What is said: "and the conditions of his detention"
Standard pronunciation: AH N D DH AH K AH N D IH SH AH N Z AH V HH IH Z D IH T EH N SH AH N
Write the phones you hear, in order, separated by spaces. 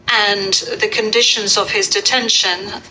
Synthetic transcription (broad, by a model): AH N DH AH K AH N D IH SH AH N Z AH V IH Z D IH T EH N SH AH N